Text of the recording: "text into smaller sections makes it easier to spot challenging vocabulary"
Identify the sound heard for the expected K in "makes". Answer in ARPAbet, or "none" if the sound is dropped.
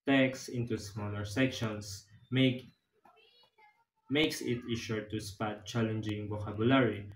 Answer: K